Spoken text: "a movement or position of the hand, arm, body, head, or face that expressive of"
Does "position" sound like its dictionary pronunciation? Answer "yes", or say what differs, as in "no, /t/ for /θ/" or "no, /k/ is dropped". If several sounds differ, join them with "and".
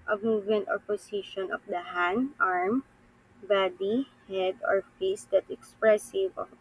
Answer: no, /s/ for /z/